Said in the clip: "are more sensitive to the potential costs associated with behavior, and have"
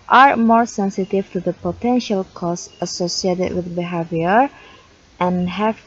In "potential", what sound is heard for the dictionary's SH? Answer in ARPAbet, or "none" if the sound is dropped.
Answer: SH